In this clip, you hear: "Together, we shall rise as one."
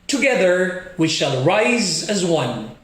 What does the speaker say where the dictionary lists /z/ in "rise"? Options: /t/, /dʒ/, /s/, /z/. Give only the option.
/z/